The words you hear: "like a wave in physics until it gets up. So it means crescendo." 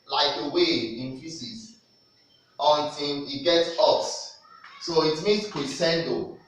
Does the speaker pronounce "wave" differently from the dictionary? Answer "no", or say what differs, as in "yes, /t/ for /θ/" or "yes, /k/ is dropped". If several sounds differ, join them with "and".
yes, /v/ is dropped